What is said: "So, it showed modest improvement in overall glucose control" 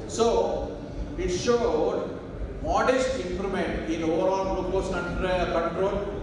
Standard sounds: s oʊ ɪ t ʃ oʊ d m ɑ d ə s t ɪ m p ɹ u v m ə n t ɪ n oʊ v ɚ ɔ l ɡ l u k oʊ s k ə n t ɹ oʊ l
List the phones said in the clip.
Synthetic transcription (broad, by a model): s oʊ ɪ t ʃ oʊ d m ɑ d ə s t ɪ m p ɹ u m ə n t ɪ n oʊ v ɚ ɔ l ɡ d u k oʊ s k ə n t ɹ oʊ l